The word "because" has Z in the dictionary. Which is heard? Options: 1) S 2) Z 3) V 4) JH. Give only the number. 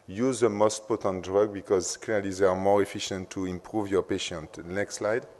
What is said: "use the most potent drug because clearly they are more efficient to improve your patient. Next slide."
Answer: 2